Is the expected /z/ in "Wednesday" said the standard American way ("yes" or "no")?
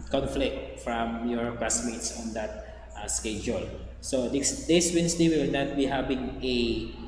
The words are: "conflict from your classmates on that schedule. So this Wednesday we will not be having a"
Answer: no